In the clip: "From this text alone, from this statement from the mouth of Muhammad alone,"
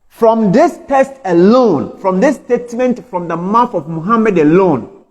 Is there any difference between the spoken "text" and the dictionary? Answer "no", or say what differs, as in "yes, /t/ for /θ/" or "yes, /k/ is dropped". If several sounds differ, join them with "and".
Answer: yes, /k/ is dropped